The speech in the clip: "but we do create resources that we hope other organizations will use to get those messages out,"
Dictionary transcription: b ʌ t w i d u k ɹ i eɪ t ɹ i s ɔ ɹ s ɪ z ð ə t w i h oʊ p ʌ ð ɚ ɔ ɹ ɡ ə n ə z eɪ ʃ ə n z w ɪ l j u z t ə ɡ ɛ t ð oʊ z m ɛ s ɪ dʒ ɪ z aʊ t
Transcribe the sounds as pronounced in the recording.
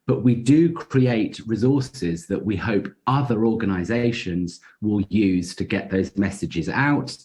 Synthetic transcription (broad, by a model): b ʌ t w i d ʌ k ɹ i eɪ t ɹ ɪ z ɔ s ɪ z ð ə t w i h oʊ p ʌ ð ɚ ɔ ɡ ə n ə z eɪ ʃ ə n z w ɪ l j u z t ə ɡ ɛ t ð oʊ z m ɛ s ɪ dʒ ɪ z aʊ t